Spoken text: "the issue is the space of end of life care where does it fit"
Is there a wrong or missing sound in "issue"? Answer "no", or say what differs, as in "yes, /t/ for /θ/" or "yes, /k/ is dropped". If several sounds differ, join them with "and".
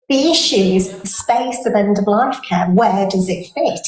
no